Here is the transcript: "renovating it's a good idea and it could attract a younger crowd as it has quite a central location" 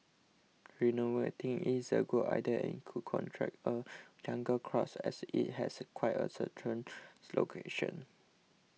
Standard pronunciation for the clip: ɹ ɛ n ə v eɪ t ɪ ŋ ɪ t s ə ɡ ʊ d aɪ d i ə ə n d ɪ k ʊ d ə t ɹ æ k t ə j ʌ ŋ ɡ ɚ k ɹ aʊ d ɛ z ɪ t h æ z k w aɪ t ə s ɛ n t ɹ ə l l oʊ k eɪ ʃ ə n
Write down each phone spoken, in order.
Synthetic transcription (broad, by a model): ɹ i n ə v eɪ t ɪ ŋ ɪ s ə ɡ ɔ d aɪ d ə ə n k ɪ k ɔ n t ɹ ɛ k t ə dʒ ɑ ŋ ɡ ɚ k ɹ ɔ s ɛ s ɪ t h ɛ s k w aɪ t ə s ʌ t ə n l oʊ k eɪ ʃ ə n